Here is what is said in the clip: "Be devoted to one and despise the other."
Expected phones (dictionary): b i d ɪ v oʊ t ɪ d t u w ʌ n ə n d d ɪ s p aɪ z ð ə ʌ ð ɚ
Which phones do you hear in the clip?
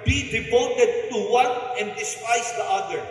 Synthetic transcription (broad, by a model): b i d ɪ p oʊ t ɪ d t u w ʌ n ə n d d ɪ s p aɪ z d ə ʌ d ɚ